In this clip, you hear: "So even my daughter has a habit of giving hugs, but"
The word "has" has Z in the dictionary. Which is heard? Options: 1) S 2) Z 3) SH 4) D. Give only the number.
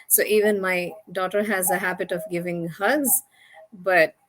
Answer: 2